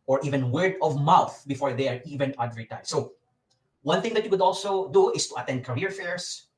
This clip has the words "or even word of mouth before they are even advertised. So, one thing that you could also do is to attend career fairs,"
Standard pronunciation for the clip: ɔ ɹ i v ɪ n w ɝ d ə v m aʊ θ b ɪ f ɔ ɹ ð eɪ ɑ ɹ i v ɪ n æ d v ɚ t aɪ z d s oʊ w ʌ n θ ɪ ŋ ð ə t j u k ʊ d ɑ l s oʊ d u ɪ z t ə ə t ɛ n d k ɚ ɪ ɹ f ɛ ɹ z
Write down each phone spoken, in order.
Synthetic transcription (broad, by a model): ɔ ɹ i v ɪ n w ɝ d ə v m aʊ θ b ɪ f ɔ ɹ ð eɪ ɑ ɹ i v ɪ n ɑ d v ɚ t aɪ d s oʊ w ʌ n θ ɪ ŋ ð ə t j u k ʊ d ɑ l s oʊ d u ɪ s t ə ə t ɛ n d k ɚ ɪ ɹ f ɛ ɹ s